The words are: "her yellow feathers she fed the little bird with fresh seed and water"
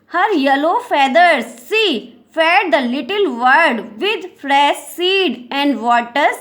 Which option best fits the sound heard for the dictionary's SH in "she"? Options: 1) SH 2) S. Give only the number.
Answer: 2